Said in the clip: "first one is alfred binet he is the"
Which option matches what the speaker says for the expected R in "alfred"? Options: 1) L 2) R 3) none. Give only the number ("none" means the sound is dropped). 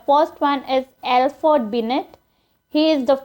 3